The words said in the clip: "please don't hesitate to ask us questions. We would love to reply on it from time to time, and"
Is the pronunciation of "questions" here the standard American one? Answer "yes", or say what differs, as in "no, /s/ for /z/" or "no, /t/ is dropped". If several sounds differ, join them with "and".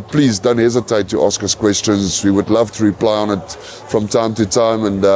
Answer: yes